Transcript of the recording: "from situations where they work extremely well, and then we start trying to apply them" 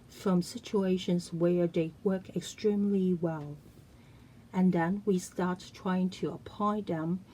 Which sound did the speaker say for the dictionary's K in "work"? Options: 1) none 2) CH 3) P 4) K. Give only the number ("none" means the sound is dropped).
4